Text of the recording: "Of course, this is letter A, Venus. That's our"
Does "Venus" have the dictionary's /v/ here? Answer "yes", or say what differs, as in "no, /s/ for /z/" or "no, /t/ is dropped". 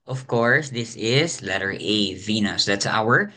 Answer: yes